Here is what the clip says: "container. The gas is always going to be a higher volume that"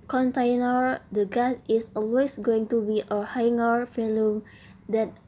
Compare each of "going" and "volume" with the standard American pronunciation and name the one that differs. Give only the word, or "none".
volume